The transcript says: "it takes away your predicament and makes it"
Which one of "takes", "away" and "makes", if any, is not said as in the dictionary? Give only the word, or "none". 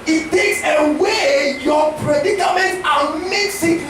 none